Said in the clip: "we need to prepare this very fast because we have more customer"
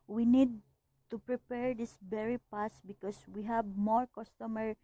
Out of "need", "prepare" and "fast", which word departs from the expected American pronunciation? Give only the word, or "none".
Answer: fast